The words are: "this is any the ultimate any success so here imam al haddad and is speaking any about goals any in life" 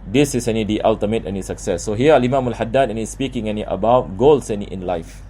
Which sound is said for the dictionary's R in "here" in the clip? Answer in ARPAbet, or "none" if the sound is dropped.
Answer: L